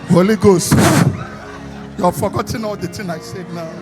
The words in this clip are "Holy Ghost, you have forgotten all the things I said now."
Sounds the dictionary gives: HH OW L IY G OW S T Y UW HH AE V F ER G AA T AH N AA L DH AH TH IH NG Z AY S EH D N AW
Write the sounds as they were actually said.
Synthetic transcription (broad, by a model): HH OW L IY G OW S T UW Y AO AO F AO G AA T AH N AA L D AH T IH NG AY S EH D N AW